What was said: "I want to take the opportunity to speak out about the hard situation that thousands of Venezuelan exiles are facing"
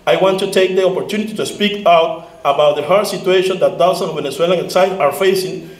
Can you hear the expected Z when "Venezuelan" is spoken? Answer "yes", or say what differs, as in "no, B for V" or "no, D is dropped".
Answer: no, S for Z